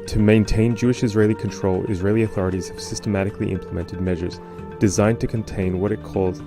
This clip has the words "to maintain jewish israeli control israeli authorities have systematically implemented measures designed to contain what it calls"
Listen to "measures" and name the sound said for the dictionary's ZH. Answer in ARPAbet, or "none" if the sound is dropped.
ZH